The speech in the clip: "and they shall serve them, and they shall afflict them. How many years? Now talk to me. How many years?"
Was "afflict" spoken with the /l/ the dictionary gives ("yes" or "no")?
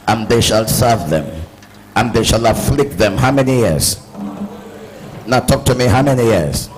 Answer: yes